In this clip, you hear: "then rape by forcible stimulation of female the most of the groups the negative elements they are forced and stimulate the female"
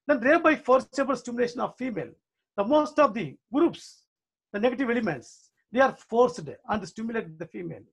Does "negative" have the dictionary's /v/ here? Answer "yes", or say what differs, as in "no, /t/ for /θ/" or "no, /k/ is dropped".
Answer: yes